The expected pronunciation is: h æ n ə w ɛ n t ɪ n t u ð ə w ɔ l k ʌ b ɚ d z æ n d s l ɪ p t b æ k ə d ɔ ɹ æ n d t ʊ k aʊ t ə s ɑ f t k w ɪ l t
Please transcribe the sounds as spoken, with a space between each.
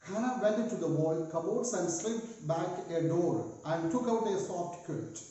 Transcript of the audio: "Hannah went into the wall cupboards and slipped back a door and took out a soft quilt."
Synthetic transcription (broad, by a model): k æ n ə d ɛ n ɪ t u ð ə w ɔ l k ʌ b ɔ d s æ n d s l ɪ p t b æ k ə d ɔ ɹ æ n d t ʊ k aʊ t ə s ɑ f t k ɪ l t